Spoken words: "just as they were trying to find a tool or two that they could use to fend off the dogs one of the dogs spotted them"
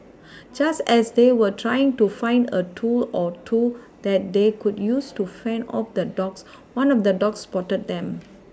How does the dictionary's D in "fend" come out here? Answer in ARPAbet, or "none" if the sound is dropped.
none